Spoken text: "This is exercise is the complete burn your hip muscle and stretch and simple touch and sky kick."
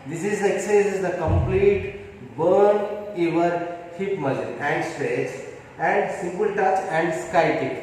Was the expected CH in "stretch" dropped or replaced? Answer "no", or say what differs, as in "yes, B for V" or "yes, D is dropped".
yes, S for CH